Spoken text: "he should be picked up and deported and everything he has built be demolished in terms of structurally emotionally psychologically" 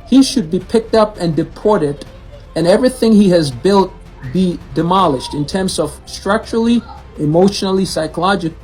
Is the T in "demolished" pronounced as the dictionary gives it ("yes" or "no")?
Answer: yes